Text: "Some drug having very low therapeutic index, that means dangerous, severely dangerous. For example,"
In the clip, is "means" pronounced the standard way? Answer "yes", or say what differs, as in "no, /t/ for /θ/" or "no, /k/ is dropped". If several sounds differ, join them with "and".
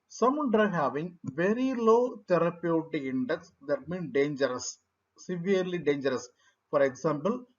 no, /z/ is dropped